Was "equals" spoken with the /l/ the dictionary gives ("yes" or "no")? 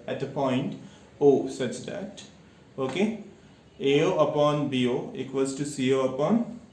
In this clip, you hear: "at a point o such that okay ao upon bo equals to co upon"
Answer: no